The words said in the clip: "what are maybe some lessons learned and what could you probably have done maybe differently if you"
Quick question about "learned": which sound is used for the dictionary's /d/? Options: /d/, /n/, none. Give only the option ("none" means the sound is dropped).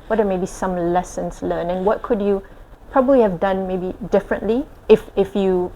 none